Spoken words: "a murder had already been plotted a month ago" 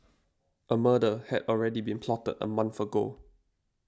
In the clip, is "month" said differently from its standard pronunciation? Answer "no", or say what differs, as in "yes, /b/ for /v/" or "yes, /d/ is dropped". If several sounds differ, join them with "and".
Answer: yes, /f/ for /θ/